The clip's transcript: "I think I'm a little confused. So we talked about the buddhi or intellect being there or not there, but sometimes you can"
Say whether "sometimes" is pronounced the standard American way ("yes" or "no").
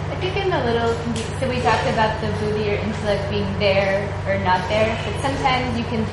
yes